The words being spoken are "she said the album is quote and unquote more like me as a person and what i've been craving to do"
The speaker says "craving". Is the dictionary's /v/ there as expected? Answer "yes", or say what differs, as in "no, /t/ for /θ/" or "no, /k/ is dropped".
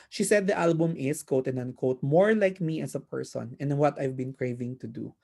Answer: yes